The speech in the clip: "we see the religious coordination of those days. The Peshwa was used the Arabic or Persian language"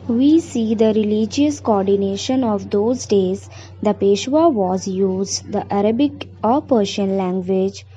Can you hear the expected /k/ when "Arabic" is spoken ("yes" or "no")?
yes